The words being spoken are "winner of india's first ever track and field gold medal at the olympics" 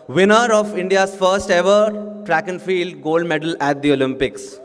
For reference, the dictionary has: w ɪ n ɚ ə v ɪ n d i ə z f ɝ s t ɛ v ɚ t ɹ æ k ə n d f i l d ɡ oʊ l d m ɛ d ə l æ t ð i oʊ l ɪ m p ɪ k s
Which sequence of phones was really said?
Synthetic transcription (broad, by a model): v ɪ n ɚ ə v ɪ n d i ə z f ɝ s t ɛ v ɚ t ɹ æ k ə n f i l d ɡ oʊ l d m ɛ d ə l æ t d i oʊ l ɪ m p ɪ k s